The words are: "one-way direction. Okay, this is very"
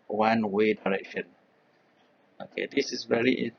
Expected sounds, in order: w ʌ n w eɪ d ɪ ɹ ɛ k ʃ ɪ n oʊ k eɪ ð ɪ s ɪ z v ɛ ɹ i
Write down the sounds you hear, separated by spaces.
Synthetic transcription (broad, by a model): w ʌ n w eɪ d ɪ ɹ ɛ k ʃ ɪ n oʊ k eɪ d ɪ s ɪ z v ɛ ɹ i